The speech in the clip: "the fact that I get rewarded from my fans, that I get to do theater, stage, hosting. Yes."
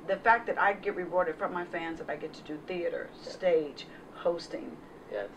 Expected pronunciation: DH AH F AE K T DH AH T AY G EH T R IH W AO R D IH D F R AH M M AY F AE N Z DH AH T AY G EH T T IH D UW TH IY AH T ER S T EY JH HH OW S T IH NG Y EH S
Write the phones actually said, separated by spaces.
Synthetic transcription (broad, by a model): DH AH F AE K DH AH T AY G EH T R IH W AO R D IH D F R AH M M AY F AE N Z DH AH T AY G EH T T IH D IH TH IY AH T ER S T EY JH HH OW S T IH NG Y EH